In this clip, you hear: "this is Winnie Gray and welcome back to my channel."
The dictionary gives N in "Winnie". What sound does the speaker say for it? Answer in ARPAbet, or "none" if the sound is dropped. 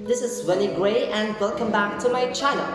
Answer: L